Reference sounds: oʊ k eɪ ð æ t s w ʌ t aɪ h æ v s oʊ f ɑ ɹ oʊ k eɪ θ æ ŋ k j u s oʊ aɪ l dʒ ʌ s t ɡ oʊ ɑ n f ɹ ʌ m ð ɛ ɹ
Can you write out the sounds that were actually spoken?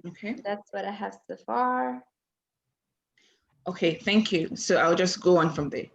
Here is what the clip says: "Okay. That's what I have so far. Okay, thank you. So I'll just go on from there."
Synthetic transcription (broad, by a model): oʊ k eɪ ð æ t s w ʌ t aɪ h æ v s oʊ f ɑ ɹ oʊ k eɪ θ æ ŋ k j u s oʊ aɪ l dʒ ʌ s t ɡ oʊ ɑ n f ɹ ʌ m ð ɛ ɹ